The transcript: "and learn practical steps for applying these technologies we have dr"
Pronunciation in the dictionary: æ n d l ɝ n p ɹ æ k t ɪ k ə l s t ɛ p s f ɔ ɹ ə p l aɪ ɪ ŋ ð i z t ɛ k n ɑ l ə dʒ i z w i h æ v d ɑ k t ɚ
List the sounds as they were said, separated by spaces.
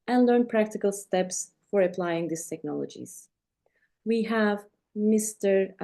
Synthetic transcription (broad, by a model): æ n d l ɝ n p ɹ æ k t ɪ k ə l s t ɛ p s f ɔ ɹ ə p l aɪ ɪ ŋ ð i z t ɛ k n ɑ l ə dʒ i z w i h æ v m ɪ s t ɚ